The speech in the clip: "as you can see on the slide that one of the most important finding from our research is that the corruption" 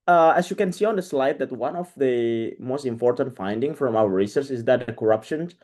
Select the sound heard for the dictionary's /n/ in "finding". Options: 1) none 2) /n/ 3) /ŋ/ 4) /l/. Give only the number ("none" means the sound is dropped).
2